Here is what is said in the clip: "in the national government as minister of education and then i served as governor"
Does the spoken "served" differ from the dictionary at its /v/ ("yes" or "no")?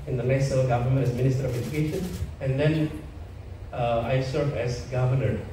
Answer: yes